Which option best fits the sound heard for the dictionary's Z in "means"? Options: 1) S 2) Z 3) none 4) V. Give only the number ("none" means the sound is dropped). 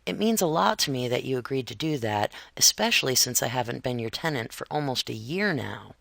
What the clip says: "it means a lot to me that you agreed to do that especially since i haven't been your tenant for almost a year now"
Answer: 2